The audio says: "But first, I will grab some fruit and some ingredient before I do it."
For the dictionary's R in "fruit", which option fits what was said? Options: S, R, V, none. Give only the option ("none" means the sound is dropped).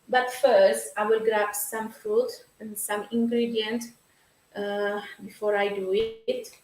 R